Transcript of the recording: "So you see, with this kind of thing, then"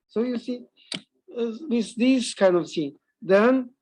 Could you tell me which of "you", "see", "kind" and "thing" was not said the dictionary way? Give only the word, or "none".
thing